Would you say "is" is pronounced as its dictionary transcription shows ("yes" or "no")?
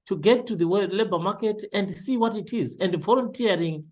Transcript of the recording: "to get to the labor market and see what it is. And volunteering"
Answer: yes